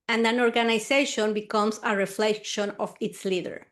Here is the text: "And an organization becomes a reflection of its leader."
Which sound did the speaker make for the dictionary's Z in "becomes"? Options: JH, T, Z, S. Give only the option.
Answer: S